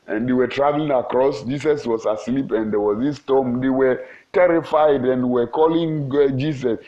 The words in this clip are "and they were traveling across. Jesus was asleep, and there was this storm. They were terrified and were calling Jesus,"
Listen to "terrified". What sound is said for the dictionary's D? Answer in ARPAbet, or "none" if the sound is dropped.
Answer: D